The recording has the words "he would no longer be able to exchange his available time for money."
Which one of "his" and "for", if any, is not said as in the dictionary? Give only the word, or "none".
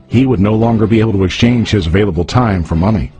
none